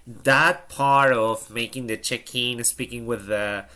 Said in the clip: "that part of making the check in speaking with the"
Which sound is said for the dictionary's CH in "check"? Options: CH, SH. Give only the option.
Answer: CH